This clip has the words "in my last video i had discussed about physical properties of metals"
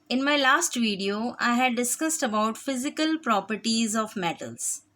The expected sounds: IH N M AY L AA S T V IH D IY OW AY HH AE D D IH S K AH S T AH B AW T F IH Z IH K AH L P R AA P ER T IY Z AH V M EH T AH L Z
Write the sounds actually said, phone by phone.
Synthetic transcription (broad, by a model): IH N M AY L AA S T V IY D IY OW AY HH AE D D IH S K AH S T AH B AW T F IH Z IH K AH L P R AA P ER T IY Z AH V M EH T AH L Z